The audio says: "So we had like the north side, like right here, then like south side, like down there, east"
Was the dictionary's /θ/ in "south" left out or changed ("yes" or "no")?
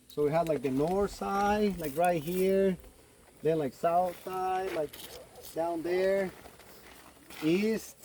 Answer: no